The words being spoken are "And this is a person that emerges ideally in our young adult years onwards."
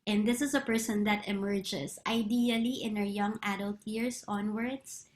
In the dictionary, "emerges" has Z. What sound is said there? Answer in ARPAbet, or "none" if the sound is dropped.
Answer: S